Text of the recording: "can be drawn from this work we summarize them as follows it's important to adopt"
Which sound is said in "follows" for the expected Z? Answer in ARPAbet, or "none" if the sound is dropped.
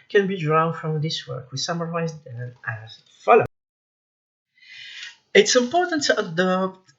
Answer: none